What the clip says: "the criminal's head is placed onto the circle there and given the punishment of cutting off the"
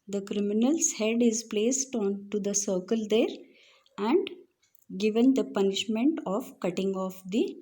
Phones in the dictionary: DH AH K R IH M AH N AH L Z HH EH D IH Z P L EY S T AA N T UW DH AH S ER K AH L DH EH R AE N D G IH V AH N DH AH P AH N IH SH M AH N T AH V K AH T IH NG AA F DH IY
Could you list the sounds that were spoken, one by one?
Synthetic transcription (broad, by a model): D AH K R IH M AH N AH L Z HH EH D IH Z P L EY S T AA N T UW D AH S ER K AH L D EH R AE N D G IH V AH N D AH P AH N IH SH M AH N T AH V K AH T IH NG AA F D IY